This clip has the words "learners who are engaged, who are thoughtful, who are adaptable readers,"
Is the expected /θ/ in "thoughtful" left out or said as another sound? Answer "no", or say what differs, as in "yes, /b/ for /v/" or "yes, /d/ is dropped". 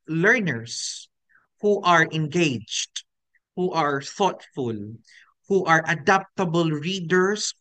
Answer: no